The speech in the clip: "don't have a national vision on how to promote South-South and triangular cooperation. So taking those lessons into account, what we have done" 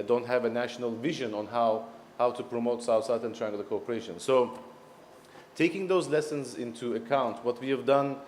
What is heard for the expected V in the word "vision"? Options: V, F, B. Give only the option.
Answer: V